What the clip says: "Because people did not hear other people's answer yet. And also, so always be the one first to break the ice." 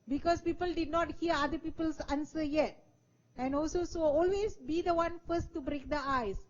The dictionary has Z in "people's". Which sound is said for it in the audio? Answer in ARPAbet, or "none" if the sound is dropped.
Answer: S